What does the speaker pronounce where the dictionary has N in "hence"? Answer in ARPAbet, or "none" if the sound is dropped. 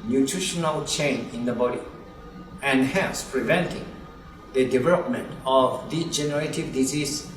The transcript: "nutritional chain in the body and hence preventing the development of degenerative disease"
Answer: none